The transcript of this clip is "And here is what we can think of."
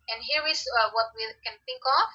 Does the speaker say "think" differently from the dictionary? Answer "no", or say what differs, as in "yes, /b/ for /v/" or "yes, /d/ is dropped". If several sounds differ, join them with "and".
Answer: no